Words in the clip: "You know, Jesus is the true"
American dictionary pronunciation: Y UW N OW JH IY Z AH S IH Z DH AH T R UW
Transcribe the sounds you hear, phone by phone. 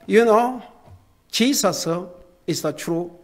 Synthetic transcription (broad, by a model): Y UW N OW CH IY S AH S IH S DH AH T R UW